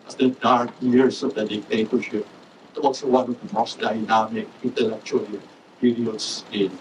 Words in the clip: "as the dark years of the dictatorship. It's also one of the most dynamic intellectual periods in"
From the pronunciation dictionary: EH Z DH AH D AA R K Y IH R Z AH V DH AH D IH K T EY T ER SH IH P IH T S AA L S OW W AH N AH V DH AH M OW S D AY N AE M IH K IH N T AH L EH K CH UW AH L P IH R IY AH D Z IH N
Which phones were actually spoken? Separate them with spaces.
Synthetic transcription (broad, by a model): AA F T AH D AA R K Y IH R S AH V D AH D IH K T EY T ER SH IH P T AA L S OW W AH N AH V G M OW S D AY N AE M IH K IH N T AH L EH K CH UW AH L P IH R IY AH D S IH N